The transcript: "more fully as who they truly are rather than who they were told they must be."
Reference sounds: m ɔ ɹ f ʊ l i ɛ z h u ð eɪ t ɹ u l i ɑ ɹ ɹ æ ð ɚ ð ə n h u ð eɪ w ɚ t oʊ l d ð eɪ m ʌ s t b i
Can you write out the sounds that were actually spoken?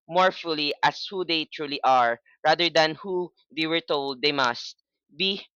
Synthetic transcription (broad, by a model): m ɔ ɹ f ʊ l i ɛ s h u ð eɪ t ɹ u l i ɑ ɹ ɹ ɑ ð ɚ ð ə n h u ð eɪ w ɚ t oʊ l d eɪ m ʌ s t b i